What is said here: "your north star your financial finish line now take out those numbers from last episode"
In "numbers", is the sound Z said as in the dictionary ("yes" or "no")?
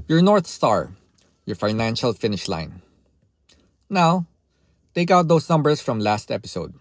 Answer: no